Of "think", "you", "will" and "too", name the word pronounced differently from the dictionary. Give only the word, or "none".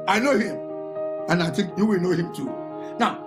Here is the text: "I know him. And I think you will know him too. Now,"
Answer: think